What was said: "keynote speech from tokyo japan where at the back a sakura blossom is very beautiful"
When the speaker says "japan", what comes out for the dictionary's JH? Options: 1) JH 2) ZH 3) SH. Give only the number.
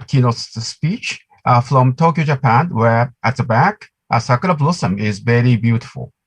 1